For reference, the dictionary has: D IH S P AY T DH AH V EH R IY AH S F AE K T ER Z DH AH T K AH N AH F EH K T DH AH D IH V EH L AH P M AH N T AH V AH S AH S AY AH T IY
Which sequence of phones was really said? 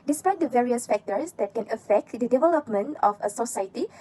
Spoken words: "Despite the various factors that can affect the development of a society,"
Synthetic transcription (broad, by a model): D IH S P AY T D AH V EH R IY AH S F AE K T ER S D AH T K AH N AH F EH K T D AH D IH V EH L AH P M AH N T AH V AH S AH S AY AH T IY